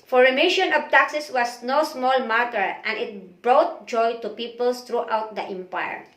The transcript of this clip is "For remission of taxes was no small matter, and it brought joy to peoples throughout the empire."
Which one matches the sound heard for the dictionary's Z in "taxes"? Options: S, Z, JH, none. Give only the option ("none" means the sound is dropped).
S